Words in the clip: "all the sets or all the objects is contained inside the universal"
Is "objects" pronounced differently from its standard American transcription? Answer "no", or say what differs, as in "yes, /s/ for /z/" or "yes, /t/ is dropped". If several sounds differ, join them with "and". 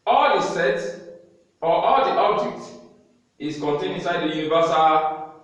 yes, /s/ is dropped